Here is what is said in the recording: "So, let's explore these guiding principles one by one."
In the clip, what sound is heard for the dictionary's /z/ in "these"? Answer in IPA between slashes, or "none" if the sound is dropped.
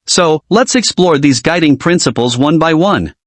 /z/